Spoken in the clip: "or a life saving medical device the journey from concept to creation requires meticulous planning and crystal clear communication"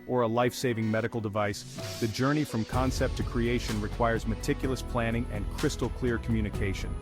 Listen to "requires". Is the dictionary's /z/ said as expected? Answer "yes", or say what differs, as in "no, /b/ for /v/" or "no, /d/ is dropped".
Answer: yes